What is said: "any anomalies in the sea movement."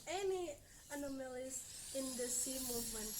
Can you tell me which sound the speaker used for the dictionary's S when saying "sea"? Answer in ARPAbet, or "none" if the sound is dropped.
S